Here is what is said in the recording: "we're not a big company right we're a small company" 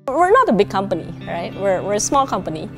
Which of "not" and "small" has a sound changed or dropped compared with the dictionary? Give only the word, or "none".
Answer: none